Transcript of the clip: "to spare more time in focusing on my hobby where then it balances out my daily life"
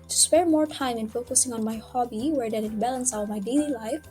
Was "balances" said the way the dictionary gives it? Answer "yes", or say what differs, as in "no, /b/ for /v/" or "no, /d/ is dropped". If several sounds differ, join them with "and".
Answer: no, /z/ is dropped